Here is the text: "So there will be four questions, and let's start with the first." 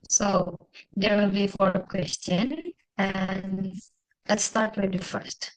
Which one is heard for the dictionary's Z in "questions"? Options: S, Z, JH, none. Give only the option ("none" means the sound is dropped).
none